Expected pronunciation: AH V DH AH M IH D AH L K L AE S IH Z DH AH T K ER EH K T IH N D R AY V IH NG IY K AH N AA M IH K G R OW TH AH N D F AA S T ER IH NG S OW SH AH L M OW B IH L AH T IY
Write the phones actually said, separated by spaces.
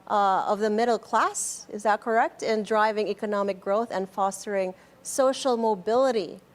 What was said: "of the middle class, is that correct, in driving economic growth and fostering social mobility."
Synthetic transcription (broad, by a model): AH V DH AH M IH D L K L AE S IH Z DH AH T K ER EH K T IH N D R AY V IH NG IY K AH N AA M IH K G R OW TH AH N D F AA S T ER IH NG S OW SH L M OW B IH L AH T IY